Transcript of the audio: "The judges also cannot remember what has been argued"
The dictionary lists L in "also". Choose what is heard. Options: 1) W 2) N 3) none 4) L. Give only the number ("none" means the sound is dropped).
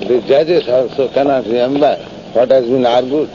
3